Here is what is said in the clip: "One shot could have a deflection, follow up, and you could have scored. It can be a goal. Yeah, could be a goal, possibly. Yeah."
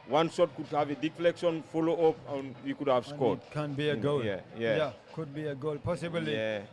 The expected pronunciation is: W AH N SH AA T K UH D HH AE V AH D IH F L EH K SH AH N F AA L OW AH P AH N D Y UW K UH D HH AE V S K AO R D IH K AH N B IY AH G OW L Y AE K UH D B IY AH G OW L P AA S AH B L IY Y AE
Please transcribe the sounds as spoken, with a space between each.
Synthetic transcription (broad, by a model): W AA N S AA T K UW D HH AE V AH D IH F L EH K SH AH N F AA L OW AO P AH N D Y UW K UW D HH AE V S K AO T K AH N B IY AH G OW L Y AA K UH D B IY AH G OW L P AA S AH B IY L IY